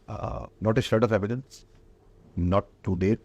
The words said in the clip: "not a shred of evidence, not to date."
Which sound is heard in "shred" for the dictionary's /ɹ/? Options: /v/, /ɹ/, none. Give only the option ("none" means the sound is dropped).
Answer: none